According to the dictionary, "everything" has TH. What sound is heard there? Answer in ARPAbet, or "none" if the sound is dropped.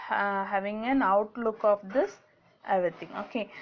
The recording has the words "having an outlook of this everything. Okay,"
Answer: T